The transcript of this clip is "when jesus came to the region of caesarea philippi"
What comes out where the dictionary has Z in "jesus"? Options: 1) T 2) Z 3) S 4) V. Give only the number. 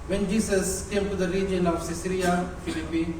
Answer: 3